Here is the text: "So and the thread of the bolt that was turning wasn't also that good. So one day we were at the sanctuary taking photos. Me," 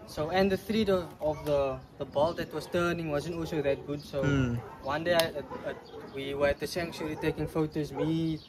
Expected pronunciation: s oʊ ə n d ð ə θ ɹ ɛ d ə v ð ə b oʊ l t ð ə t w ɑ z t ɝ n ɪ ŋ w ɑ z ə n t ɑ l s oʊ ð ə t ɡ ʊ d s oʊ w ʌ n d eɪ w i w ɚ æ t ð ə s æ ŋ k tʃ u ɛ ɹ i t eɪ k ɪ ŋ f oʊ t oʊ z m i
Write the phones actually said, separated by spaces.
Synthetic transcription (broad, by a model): s oʊ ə n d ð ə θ ɹ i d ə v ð ə b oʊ l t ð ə t w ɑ s t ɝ n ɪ ŋ w ɑ z ə n t ɑ l s oʊ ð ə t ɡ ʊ d s oʊ w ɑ n d eɪ w i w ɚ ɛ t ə s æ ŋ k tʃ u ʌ l i t eɪ k ɪ ŋ f oʊ t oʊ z m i